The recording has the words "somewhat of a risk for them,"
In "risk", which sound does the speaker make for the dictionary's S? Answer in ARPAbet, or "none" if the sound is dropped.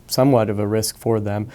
S